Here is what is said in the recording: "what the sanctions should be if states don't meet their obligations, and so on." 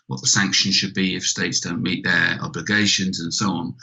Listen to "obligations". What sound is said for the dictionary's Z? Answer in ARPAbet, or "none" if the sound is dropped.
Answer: Z